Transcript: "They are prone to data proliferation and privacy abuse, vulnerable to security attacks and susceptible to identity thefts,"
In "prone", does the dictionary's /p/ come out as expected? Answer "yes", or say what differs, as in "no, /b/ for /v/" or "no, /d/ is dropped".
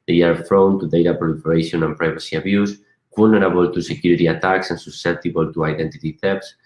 no, /f/ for /p/